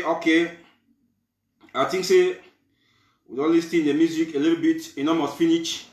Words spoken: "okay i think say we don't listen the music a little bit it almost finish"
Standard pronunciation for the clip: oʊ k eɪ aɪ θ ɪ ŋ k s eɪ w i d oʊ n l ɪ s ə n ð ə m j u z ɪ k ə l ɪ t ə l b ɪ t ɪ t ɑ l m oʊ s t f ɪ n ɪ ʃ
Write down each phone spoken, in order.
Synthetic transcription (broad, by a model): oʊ k eɪ aɪ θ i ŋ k s eɪ w i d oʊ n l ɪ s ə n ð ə m j u z ɪ k ə l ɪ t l b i t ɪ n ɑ m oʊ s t f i n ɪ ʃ